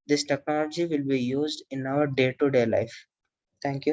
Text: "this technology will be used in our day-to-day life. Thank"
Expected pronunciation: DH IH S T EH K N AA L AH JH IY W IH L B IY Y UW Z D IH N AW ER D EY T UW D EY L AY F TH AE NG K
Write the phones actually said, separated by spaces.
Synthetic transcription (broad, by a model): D IH S T EH K N AA L AH JH IY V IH L B IY Y UW Z D IH N AW ER D EY T UW D EY L AY F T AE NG K